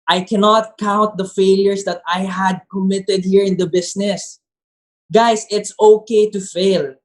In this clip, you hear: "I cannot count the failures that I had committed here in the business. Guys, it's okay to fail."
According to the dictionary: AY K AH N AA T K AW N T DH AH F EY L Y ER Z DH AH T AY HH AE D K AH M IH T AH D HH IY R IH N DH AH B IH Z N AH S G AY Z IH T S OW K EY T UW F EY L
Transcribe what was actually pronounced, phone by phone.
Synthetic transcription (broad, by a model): AY K AH N AA T K AW N T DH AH F EY L Y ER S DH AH T AY HH AE D K AH M IH T AH D HH IY R IH N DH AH B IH S N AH S G AY S IH T S OW K EY T UW F EY L